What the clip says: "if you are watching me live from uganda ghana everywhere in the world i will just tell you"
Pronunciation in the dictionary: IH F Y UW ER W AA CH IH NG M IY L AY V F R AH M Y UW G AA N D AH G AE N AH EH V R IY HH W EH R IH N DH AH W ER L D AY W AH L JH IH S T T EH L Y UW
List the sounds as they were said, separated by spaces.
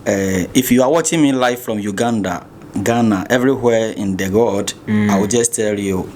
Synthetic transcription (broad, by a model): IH F Y UW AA W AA CH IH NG M IY L AY F R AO M Y UW G AA N D AH G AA N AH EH V R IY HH W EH IH N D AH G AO D AY W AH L JH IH S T T EH L Y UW